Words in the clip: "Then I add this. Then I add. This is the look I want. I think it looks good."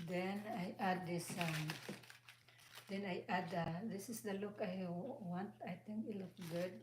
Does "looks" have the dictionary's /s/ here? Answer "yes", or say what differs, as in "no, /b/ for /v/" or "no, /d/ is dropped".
no, /s/ is dropped